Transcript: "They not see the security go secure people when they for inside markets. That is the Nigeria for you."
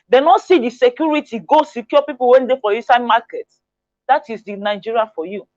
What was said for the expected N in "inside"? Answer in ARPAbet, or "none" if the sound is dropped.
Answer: none